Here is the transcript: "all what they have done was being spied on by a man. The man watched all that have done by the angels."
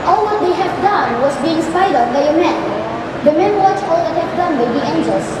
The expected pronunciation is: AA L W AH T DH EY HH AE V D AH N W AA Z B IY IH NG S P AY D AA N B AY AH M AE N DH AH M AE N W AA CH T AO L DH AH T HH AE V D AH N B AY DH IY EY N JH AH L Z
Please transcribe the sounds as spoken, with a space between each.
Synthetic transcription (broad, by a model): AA L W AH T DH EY HH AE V D AH N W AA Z B IY IH NG S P AY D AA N B AY AH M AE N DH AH M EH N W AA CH AO L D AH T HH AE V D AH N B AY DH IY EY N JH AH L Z